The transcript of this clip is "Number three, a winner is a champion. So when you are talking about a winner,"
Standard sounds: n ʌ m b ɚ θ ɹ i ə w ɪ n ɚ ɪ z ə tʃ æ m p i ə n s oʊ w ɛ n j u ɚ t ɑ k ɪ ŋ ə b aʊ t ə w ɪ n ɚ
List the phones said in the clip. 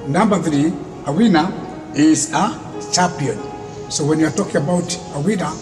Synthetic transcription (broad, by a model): n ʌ m b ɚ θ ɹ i ə w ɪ n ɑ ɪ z ə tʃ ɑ p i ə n s oʊ w ɛ n j u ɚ t ɑ k ɪ ŋ ə b aʊ t ə w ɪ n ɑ